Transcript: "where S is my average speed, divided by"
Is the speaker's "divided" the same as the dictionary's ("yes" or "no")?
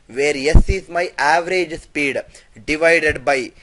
yes